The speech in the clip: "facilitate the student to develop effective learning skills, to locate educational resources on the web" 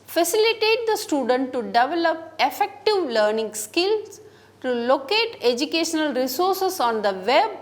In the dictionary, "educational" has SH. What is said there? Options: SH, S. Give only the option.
SH